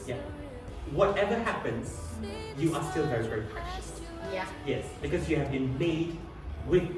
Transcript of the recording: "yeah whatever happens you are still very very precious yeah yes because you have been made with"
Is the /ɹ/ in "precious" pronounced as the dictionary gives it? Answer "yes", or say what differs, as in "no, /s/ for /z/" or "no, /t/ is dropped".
no, /ɹ/ is dropped